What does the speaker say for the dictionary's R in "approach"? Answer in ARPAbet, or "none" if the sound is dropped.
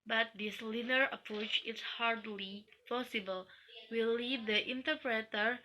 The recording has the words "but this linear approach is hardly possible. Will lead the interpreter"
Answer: R